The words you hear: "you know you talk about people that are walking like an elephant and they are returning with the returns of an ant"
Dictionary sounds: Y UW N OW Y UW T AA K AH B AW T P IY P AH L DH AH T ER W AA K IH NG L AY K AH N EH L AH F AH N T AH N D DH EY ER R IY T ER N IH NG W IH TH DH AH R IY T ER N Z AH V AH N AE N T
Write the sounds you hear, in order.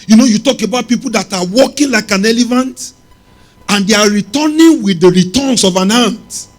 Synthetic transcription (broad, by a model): Y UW N OW Y UW T AA K AH B AW T P IY P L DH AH T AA W AA K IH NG L AY K AH N EH L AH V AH N T AH N D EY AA R IY T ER N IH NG W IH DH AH R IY T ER N S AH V AH N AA N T